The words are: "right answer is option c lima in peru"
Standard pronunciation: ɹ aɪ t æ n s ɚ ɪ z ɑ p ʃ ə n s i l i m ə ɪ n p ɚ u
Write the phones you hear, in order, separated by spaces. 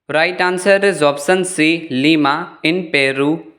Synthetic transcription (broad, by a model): ɹ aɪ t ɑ n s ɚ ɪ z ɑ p s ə n s i l i m ə ɪ n p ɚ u